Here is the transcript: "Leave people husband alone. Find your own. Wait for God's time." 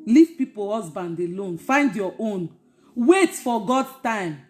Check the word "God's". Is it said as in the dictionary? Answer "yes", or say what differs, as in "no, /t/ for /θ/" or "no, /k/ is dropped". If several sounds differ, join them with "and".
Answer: no, /z/ is dropped